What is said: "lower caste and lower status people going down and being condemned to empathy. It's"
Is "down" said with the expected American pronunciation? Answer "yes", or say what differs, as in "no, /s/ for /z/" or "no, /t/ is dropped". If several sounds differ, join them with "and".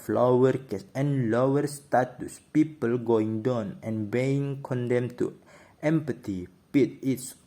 yes